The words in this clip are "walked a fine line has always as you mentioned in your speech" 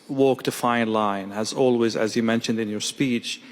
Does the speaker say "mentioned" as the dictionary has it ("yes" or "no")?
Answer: yes